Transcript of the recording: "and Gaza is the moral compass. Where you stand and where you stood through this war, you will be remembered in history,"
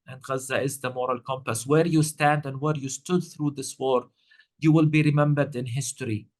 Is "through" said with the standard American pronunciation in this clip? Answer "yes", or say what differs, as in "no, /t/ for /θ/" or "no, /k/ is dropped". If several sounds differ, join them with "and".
yes